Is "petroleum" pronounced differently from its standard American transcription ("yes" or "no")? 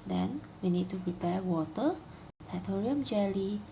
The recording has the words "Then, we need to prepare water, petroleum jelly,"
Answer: yes